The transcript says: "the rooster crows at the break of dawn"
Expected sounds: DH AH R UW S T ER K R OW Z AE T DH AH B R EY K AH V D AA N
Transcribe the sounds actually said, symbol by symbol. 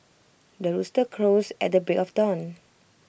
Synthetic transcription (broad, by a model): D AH R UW S T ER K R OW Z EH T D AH B EY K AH F D AA N